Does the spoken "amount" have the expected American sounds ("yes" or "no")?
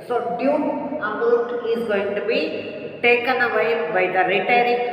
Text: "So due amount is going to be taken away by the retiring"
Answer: no